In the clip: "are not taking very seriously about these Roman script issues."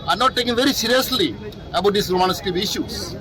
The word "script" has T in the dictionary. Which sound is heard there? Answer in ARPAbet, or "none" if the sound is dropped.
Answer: none